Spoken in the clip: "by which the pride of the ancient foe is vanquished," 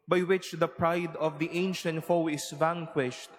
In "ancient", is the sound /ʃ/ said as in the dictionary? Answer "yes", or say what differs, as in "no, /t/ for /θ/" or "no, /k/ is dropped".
yes